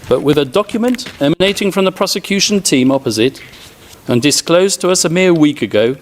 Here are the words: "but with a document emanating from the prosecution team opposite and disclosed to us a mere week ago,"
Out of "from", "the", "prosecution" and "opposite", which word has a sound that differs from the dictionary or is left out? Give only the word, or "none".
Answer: none